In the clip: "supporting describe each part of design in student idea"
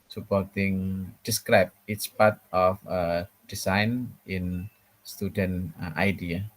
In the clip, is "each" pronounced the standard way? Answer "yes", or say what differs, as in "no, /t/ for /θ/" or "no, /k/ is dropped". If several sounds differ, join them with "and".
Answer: no, /s/ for /tʃ/